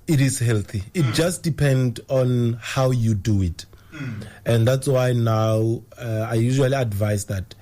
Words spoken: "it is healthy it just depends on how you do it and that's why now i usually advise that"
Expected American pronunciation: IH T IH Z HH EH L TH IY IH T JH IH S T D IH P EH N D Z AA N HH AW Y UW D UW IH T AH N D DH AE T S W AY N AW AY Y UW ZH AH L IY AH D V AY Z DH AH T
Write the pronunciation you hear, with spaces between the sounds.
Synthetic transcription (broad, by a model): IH T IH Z HH EH L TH IY IH T JH IH S T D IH P EH N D AA N HH AW Y UW D UW IH T AH N D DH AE T S W AY N AW AY Y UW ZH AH L IY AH D V AY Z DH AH T